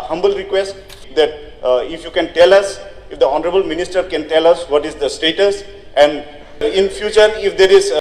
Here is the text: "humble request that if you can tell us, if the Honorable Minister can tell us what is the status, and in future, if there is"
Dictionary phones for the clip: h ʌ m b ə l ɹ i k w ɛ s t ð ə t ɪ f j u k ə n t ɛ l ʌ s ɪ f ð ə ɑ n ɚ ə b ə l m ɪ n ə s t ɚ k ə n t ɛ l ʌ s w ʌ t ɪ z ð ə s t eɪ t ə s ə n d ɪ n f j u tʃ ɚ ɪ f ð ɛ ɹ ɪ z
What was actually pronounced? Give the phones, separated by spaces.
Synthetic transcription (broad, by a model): h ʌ m b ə l ɹ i k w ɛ s t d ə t ɪ f j u k ə n t ɛ l ʌ s ɪ f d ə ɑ n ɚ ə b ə l m ɪ n ə s t ɚ k ə n t ɛ l ʌ s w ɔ t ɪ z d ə s t eɪ t ə s ə n d ɪ n f j u tʃ ɚ ɪ f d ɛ ɹ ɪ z